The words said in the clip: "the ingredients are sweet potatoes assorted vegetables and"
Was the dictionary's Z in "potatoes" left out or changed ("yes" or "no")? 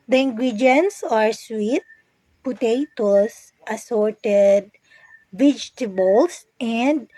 yes